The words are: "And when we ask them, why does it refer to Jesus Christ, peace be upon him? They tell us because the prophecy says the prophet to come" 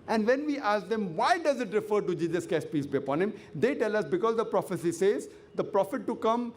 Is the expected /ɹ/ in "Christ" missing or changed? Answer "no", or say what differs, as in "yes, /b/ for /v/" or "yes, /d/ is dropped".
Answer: yes, /ɹ/ is dropped